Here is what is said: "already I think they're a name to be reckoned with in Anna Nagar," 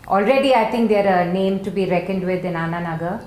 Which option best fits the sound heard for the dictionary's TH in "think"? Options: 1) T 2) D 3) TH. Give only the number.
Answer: 1